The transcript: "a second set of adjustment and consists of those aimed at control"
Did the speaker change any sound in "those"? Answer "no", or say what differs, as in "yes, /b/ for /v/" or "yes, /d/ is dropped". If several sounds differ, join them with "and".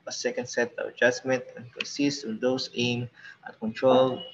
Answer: yes, /s/ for /z/